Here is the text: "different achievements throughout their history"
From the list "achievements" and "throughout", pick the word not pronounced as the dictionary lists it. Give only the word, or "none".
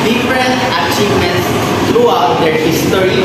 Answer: throughout